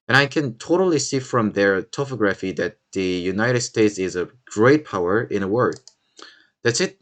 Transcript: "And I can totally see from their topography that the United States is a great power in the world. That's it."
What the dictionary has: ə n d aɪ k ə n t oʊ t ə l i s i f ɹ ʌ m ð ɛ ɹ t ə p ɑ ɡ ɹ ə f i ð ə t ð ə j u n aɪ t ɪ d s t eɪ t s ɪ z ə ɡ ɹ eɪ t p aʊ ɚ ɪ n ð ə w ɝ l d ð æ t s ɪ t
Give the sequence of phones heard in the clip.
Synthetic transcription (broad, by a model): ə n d aɪ k ə n t oʊ t ə l i s i f ɹ ʌ m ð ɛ ɹ t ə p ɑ ɡ ɹ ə f i ð ə t ð ə j u n aɪ t ɪ d s t eɪ t s ɪ z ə ɡ ɹ eɪ t p aʊ ɚ ɪ n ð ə w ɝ d ð æ t s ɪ t